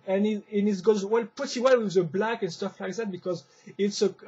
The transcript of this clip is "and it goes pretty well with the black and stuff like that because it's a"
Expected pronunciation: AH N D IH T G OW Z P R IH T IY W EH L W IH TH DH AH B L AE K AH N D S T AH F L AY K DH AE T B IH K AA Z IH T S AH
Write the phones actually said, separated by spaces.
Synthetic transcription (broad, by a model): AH N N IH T G OW Z P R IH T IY W EH L W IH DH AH B L AE K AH N S T AH F L AY K DH AE T B IH K AA Z IH T S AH